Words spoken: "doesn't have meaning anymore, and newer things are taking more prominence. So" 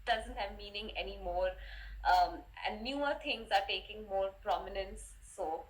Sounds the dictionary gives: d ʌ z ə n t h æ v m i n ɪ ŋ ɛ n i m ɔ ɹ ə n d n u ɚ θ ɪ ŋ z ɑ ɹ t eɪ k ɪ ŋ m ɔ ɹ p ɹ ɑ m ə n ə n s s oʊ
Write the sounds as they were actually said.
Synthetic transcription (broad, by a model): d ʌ z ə n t h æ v m i n ɪ ŋ ɛ n i m ɔ ɹ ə n d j u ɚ t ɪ ŋ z ɑ ɹ t eɪ k ɪ ŋ m ɔ ɹ p ɹ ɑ m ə n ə n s s oʊ